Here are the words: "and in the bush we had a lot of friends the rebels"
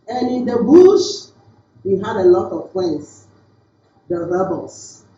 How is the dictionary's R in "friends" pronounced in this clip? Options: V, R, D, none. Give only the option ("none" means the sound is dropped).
none